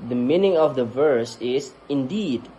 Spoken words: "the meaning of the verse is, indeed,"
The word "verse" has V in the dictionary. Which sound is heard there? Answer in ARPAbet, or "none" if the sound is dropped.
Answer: V